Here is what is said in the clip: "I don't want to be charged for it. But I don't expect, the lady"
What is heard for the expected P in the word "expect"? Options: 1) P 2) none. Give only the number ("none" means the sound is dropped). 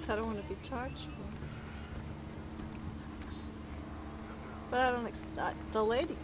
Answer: 2